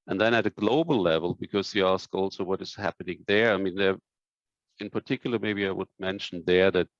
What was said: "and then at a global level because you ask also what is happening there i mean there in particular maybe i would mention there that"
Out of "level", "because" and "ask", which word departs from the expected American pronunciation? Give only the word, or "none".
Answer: none